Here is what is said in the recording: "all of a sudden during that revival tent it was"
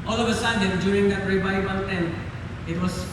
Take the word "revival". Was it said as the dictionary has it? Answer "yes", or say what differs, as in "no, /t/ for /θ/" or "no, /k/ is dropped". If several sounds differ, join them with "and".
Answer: no, /n/ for /l/